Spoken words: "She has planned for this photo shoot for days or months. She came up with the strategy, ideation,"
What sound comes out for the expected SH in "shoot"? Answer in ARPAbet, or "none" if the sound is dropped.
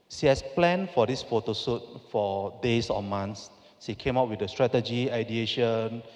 S